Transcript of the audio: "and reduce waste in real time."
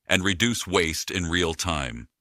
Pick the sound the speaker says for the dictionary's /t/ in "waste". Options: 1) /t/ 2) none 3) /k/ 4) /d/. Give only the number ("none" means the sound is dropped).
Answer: 1